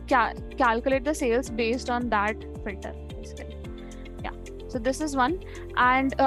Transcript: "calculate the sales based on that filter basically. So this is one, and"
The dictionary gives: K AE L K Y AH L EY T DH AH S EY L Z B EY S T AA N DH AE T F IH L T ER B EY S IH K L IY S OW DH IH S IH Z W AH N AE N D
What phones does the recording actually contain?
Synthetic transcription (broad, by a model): K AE L K Y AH L EY T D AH S EY L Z B EY S T AA N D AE T F IH L T ER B EY S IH K L IY S OW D IH S IH Z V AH N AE N D